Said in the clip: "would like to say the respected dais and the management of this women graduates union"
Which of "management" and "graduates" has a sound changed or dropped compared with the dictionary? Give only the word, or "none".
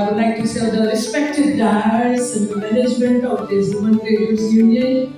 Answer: graduates